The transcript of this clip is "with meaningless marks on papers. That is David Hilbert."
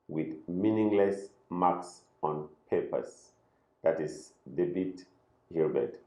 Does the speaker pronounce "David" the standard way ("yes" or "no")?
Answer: no